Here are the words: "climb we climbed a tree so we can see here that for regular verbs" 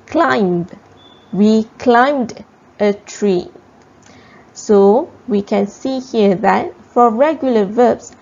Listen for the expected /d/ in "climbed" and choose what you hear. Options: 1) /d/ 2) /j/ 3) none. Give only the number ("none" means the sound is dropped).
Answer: 1